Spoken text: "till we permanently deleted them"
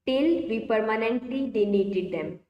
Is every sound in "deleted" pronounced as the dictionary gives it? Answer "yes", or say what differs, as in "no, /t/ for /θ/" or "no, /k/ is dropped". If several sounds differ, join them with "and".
no, /n/ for /l/